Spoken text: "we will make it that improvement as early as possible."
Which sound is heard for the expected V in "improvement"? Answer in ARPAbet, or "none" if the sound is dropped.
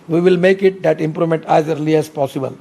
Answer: none